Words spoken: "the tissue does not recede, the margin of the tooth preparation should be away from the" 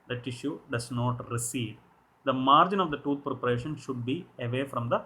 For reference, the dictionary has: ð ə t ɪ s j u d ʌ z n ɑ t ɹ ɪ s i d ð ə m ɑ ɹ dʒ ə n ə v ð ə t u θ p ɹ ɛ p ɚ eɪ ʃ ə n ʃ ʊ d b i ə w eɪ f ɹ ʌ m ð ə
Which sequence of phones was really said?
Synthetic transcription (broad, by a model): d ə t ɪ ʃ j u d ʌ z n ɑ t ɹ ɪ s i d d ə m ɑ ɹ dʒ ə n ə v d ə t u t p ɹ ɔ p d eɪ ʃ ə n ʃ ʊ d b i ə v eɪ f ɹ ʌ m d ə